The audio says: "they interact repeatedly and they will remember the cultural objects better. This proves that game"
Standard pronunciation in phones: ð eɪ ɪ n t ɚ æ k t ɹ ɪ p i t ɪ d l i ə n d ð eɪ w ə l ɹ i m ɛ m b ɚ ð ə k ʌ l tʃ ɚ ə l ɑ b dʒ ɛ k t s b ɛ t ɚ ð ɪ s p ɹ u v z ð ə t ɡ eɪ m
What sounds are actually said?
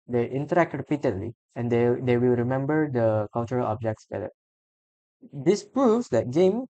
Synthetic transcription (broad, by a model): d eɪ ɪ n t ɚ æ k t ɹ ɪ p i t ɪ d l i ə n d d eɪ w ə l ɹ i m ɛ m b ɚ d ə k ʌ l tʃ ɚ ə l ɑ b dʒ ɛ k t s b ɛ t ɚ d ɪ s p ɹ u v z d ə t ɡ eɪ m